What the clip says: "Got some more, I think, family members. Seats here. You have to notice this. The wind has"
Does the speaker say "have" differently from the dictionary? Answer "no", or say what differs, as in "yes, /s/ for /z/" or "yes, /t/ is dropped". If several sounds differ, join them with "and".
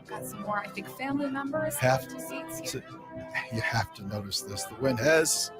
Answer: yes, /f/ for /v/